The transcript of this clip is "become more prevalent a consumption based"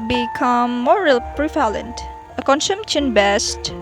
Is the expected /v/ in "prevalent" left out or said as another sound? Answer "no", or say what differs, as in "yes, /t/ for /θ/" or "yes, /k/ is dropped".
yes, /f/ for /v/